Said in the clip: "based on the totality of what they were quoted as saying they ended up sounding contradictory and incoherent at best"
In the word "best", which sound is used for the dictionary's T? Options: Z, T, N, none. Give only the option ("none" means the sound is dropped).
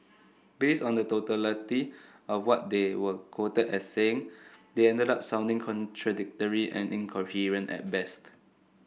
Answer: T